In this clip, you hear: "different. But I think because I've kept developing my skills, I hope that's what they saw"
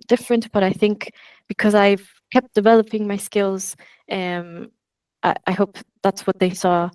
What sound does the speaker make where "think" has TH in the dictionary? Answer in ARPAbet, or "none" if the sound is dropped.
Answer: TH